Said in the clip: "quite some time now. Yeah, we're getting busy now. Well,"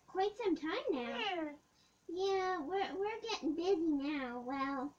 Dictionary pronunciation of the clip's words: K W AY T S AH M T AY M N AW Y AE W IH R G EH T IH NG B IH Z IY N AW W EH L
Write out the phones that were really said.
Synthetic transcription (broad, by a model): K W AY T S AH M T AY M N AW Y AE W IH R G EH T IH NG B IH Z IY N AW W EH L